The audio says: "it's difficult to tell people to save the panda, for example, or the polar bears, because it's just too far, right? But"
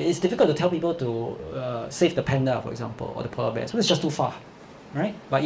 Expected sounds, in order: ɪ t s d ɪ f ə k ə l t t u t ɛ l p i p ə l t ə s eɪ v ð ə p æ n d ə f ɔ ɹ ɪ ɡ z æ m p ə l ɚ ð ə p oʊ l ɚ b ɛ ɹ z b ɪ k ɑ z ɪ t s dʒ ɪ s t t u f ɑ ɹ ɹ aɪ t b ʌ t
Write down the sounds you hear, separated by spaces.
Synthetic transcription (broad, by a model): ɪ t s d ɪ f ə k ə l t t u t ɛ l p i p ə l t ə s eɪ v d ə p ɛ n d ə f ɔ ɹ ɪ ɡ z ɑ m p ə l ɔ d ə p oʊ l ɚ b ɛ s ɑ ɪ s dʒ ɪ s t t u f ɑ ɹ ɹ aɪ t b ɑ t